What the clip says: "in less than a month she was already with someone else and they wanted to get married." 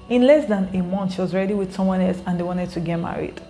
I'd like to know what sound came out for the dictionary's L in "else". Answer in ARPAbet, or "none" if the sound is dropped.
L